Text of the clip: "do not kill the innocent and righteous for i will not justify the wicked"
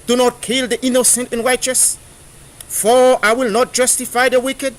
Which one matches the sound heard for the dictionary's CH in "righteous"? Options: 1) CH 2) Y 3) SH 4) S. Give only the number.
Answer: 1